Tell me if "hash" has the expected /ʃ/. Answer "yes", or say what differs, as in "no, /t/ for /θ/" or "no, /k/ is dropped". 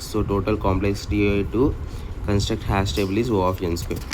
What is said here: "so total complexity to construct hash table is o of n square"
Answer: no, /s/ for /ʃ/